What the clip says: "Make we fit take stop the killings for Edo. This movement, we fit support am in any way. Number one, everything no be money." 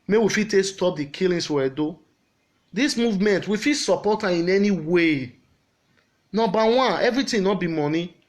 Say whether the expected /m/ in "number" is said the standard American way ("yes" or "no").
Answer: no